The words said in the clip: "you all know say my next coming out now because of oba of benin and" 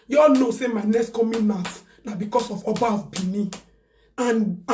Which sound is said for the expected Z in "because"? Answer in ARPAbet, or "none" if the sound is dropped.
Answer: S